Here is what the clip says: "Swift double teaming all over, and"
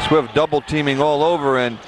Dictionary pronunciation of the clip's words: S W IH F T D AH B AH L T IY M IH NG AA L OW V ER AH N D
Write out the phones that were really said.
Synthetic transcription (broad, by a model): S W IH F D AH B L T IY M IH NG AA L OW V ER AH N